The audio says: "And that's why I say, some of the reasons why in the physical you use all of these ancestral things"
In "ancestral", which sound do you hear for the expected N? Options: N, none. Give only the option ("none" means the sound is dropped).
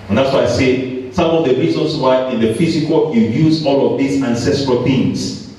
N